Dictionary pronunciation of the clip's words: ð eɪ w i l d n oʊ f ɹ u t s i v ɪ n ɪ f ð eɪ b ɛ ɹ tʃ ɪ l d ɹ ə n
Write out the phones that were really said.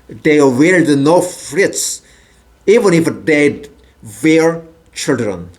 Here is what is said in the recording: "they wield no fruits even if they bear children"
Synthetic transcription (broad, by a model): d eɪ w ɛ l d n oʊ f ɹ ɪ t s i v ɪ n ɪ f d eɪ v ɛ ɹ tʃ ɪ l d ɹ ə n